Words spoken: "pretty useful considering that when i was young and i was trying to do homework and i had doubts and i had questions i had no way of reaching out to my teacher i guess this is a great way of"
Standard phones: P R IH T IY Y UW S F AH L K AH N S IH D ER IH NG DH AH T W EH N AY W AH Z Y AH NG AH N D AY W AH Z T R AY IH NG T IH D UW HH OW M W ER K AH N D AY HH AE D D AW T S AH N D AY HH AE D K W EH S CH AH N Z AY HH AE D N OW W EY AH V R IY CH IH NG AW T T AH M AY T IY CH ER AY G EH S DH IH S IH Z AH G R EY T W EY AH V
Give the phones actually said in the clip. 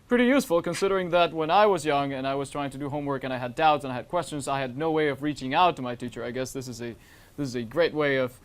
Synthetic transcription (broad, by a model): P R IH T IY Y UW S F L K AH N S IH D ER IH NG DH AH T W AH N AY W AH Z Y AH NG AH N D AY W AH Z T R AY IH NG T IH D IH HH OW M W ER K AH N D AY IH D D AW T S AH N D AY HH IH D K W EH S CH AH N Z AY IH D N OW W EY AH V R IY CH IH NG AW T T AH M AY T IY CH ER AY G EH S DH IH S IH Z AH G R EY T W EY AH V